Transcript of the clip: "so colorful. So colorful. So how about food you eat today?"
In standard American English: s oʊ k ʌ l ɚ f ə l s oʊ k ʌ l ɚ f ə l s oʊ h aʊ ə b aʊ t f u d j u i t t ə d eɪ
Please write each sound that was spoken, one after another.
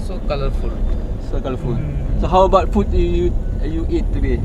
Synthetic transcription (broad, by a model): s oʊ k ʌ l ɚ f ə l s oʊ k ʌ l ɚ f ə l s oʊ h aʊ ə b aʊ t p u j j u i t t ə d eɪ